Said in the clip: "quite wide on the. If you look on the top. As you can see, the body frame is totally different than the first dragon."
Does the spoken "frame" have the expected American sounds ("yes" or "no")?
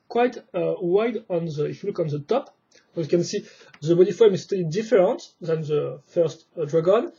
no